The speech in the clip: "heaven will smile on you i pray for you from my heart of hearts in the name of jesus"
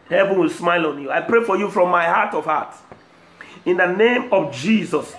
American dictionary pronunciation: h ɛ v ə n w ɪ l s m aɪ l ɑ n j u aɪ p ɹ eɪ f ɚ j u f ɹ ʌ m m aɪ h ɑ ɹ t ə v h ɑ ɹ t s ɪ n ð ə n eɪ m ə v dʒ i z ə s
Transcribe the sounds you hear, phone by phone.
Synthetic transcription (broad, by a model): h ɛ v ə n w ɪ l s m aɪ l ɑ n j u aɪ p ɹ eɪ f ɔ j u f ɹ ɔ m m aɪ h ɑ t ə v h ɑ t ɪ n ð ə n eɪ m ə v dʒ i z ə s